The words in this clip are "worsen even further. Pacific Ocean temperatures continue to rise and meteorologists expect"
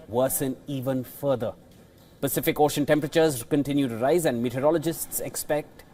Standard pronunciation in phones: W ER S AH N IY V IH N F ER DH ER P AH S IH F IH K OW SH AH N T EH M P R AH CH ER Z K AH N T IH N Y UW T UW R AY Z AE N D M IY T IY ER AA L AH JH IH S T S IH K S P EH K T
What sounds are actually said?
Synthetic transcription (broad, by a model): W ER S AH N IY V IH N F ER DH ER P AH S IH F IH K OW SH AH N T EH M P R AH CH ER Z K AH N T IH N Y UW T UW R AY Z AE N D M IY T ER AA L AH JH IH S T S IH K S P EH K T